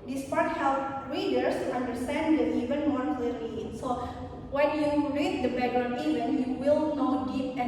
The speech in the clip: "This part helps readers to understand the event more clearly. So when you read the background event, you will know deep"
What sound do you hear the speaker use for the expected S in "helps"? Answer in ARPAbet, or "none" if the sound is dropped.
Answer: none